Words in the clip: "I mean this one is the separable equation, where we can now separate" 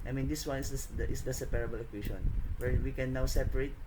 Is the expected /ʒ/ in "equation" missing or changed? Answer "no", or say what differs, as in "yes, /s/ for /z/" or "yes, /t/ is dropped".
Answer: yes, /ʃ/ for /ʒ/